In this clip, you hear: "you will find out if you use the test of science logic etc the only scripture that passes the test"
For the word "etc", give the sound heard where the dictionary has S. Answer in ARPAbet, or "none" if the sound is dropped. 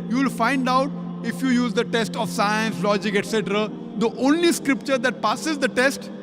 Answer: S